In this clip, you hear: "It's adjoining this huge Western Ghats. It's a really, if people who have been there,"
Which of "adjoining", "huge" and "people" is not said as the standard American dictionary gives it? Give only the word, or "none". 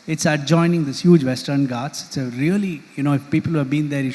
none